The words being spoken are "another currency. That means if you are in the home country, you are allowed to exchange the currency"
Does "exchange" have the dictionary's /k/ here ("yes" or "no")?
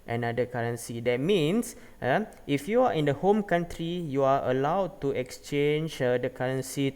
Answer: yes